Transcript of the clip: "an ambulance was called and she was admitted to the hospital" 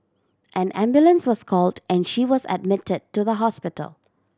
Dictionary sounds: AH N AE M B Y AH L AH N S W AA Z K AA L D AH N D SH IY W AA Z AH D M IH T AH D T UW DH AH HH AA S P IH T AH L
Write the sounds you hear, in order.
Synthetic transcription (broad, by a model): AH N AE M B Y AH L AH N S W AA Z K AA L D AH N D SH IY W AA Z AH D M IH T AH D T UW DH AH HH AA S P IH T AH L